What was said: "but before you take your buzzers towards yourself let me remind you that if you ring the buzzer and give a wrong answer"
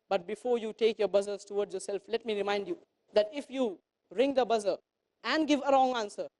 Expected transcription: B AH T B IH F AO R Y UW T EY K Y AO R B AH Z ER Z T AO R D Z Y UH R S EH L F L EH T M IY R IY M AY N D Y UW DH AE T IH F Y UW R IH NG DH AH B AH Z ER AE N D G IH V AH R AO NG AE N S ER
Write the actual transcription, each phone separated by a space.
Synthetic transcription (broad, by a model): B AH T B IH F AO R Y UW T EY K Y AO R B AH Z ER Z T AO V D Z Y UH R S EH L F L EH T M IY R IY M AY N D Y UW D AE T IH F Y UW R IH NG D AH B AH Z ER AE N D G IH V AH R AO NG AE N S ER